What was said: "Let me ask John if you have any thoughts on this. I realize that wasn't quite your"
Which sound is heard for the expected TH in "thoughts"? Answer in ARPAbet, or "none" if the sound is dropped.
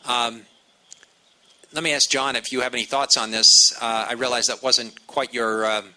TH